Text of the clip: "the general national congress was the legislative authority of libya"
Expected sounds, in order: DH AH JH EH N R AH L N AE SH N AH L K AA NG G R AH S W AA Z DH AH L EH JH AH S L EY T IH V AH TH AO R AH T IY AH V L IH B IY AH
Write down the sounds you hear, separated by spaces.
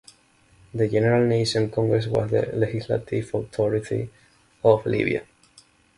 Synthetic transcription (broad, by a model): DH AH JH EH N R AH L N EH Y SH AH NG K AA NG G R AH S W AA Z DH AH L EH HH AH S L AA T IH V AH T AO R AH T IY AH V L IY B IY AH